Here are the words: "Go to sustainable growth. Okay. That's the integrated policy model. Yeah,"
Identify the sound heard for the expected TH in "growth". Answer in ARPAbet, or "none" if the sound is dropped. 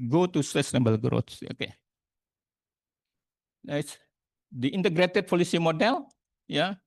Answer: S